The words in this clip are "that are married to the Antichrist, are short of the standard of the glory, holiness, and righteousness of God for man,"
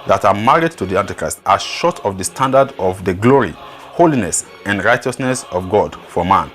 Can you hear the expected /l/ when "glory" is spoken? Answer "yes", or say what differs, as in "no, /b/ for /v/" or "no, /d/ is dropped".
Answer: yes